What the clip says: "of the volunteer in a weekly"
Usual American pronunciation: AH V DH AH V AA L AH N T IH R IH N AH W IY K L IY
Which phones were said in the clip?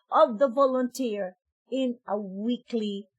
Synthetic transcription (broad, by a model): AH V DH AH V AA L AH N T IH R IH N AH W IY K L IY